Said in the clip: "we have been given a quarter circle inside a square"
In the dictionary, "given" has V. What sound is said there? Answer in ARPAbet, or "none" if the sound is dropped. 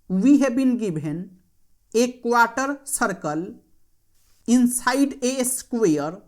B